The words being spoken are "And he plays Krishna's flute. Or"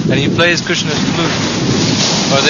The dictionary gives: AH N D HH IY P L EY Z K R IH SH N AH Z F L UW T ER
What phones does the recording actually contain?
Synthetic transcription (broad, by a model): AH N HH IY P L EY Z K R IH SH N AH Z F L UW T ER